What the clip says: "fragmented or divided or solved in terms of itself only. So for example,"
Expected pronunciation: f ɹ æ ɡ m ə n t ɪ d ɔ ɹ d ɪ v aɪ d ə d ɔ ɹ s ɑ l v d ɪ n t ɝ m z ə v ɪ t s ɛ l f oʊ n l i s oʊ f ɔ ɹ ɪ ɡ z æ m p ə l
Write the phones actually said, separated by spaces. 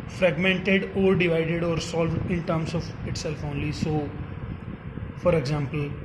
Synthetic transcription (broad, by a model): f ɹ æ ɡ m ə n t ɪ d ɔ ɹ d ɪ v aɪ d ə d ɔ ɹ s ɑ l v d ɪ n t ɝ m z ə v ɪ t s ɛ l f oʊ n l i s oʊ f ɔ ɹ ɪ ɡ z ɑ m p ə l